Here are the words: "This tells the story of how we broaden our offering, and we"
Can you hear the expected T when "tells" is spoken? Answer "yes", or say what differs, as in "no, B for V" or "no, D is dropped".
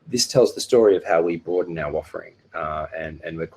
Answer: yes